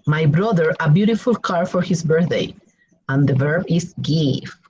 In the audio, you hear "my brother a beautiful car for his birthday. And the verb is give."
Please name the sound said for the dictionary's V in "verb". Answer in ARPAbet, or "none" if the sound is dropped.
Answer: V